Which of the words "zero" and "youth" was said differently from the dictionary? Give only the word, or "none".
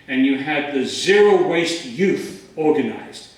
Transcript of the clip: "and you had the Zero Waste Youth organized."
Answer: none